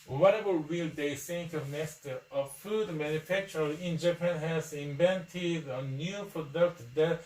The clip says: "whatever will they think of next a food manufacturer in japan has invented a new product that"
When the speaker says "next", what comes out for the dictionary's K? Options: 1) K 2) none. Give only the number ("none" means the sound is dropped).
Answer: 2